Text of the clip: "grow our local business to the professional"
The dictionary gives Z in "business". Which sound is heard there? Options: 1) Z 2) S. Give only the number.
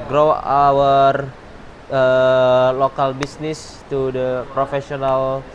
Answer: 2